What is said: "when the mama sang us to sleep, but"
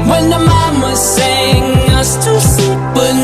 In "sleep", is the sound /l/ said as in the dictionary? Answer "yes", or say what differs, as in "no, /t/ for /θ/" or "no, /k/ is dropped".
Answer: no, /l/ is dropped